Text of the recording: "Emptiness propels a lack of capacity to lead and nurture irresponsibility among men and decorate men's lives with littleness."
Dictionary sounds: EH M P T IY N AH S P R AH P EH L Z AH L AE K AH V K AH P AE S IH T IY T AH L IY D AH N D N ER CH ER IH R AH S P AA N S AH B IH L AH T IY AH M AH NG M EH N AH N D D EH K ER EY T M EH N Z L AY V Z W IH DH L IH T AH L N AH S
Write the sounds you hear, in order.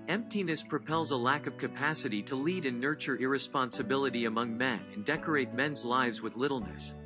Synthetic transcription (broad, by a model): EH M P T IY N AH S P R AH P EH L Z AH L AE K AH V K AH P AE S IH T IY T AH L IY D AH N N ER CH ER IH R AH S P AA N S AH B IH L AH T IY AH M AH NG M EH N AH N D D EH K ER EY T M EH N Z L AY V Z W IH DH L IH T L N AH S